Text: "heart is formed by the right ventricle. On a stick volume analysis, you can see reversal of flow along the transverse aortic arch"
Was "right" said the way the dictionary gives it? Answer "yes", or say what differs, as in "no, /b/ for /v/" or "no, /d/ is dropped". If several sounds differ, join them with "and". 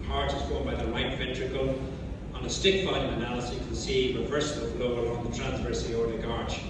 no, /l/ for /ɹ/